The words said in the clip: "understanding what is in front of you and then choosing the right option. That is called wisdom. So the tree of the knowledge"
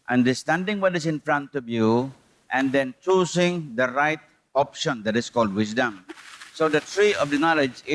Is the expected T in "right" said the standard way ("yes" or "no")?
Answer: yes